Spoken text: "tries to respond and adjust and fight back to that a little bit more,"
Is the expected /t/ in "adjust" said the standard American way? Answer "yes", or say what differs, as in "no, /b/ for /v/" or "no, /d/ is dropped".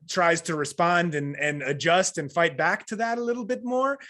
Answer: yes